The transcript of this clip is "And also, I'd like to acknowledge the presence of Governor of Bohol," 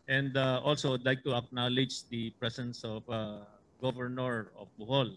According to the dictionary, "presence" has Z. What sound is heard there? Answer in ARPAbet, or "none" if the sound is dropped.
S